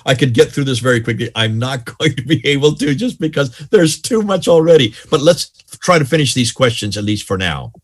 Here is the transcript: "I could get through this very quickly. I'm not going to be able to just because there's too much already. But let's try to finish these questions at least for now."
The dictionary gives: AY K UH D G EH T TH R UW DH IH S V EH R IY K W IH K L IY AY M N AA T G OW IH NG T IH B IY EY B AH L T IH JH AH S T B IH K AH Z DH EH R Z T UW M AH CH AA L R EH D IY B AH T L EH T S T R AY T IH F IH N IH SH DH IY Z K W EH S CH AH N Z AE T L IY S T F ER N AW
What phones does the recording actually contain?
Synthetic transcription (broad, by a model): AY K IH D G EH T TH R UW DH IH S V EH R IY K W IH K L IY AY M N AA T G OW IH NG T IH B IY EY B L T IH JH AH S B IH K AH Z DH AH R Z T UW M AH CH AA L R EH D IY B AH T L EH T S T R AY T IH F IH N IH SH DH IY Z K W EH S CH AH N Z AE T L IY S T F ER N AW